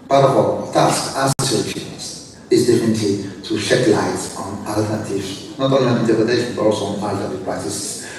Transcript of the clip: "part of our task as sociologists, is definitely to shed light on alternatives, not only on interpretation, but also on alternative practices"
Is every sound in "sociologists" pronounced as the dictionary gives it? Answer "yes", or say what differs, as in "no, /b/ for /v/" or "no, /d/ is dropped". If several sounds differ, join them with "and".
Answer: no, /tʃ/ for /dʒ/